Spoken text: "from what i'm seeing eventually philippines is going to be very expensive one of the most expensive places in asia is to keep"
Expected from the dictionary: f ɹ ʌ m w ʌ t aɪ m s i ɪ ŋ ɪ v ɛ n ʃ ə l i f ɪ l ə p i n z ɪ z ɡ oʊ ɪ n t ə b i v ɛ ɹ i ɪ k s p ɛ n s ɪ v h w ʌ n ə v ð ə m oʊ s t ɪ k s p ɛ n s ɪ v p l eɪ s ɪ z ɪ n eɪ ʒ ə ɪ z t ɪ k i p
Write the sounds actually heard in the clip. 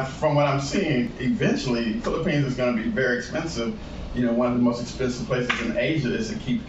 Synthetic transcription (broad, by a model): f ɹ ʌ m w ʌ t aɪ m s i ɪ ŋ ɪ v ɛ n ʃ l i f ɪ l ə p i n z ɪ z ɡ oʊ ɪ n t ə b i v ɛ ɹ i ɪ k s p ɛ n s ɪ v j w ʌ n ə v ð ə m oʊ s t ɪ k s p ɛ n s ɪ v p l eɪ s ɪ z ɪ n eɪ ʒ ə ɪ z t ɪ k i p